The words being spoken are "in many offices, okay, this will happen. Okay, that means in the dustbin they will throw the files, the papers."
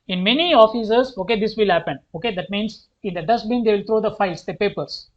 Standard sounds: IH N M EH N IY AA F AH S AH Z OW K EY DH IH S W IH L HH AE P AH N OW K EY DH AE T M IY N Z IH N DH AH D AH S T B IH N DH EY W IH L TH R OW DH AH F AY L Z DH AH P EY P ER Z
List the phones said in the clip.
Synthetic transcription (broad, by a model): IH N M EH N IY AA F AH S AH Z OW K EY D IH S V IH L HH AE P AH N OW K EY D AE T M IY N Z IH N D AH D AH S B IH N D EY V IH L T R OW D AH F AY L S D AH P EY P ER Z